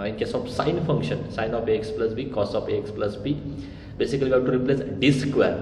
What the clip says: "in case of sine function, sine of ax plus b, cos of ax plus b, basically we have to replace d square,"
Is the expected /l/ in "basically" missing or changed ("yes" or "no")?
yes